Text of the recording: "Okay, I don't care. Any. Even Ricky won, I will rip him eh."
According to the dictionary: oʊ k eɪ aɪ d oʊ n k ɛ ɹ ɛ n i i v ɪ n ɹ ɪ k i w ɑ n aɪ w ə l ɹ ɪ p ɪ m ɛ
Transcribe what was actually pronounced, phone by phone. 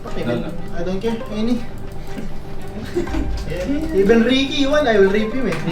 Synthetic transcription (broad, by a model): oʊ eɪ aɪ d oʊ n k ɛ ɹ ɛ n i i b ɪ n ɹ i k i w ɑ n aɪ w ə l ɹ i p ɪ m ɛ